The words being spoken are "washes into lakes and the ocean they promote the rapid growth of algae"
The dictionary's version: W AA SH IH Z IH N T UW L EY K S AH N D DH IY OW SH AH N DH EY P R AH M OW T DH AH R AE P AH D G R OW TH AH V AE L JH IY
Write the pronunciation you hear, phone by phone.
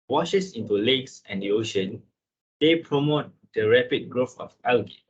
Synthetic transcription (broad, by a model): W AA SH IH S IH N T UW L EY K S AH N D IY OW SH AH N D EY P R AH M OW T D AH R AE P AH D G R OW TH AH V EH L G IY